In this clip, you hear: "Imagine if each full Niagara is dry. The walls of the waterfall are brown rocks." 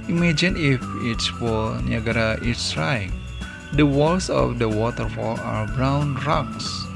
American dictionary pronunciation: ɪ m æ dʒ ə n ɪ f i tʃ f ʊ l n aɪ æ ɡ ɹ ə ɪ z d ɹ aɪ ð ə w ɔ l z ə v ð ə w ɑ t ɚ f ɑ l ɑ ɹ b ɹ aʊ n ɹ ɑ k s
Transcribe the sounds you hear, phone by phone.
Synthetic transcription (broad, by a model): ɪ m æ dʒ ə n ɪ f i s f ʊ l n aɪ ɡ ɹ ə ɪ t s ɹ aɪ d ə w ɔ l s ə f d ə w ɑ t ɚ f ɑ l ɑ ɹ b ɹ aʊ n ɹ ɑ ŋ s